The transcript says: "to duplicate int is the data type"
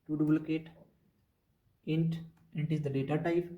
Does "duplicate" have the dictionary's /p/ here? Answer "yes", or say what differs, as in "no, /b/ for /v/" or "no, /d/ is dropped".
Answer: no, /b/ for /p/